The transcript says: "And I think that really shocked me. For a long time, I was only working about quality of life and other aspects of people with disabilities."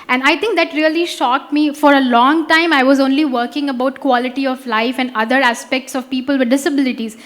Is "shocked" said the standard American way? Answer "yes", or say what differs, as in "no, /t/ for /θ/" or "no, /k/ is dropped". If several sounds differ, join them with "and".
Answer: yes